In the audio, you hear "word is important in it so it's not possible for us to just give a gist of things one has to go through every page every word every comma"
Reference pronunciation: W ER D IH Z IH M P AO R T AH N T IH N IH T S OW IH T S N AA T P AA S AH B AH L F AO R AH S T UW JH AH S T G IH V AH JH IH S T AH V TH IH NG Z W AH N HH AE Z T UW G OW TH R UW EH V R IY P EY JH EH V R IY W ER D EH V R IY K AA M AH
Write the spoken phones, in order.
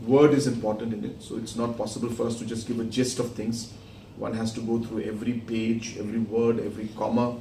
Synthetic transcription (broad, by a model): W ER D IH Z IH M P AO R T AH N T IH N IH T S OW IH T S N AA T P AA S AH B AH L F AO R AH S T UW JH AH S T G IH V AH JH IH S T AH V T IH NG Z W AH N HH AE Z T UW G OW T R UW EH V R IY P EY JH EH V R IY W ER D EH V R IY K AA M AH